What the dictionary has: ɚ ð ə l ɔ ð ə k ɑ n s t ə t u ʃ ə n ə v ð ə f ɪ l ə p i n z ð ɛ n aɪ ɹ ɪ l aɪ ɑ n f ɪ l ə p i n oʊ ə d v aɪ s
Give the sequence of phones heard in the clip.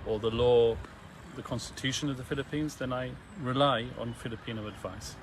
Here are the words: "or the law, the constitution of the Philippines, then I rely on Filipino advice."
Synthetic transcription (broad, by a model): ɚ ð ə l ɔ ð ə k ɑ n s t ə t u ʃ ə n ə v ð ə f ɪ l ə p i n z ð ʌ n aɪ ɹ ɪ l aɪ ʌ n f ɪ l ə p i n oʊ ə d v aɪ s